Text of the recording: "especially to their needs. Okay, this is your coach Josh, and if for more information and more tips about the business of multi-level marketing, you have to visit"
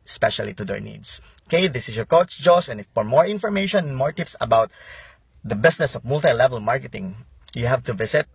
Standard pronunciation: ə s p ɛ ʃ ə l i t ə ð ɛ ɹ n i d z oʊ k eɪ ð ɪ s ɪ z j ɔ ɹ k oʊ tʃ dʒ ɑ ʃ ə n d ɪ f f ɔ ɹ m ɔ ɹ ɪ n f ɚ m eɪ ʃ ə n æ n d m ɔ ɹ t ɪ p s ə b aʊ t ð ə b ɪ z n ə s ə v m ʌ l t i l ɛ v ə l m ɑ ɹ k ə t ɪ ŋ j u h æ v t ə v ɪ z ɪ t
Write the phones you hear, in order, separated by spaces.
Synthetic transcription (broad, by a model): s p ɛ ʃ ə l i t ə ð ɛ ɹ n i d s k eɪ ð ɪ s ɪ s j ɔ ɹ k oʊ tʃ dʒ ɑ s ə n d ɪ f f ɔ ɹ m ɔ ɹ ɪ n f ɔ m eɪ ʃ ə n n m ɔ ɹ t ɪ p s ə b aʊ t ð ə b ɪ s n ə s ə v m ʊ l t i l ɛ v ə l m ɑ ɹ k ə t ɪ ŋ j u h æ v t ə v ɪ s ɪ t